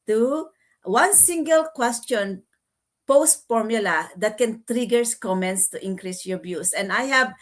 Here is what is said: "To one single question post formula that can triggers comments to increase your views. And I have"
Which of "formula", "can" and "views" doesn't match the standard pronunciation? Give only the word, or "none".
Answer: views